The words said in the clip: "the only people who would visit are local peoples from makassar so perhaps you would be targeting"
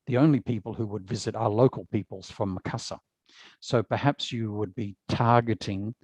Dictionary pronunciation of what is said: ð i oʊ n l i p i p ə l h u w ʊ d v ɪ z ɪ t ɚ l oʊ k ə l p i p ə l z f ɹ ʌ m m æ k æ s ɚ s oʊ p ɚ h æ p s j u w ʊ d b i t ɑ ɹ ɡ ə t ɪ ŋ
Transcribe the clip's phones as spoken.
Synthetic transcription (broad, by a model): ð i oʊ n l i p i p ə l h u w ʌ d v ɪ z ɪ t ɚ l oʊ k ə l p i p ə l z f ɹ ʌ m m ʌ k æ s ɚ s oʊ p ɚ h æ p s j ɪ w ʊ d b i t ɑ ɹ ɡ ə t ɪ ŋ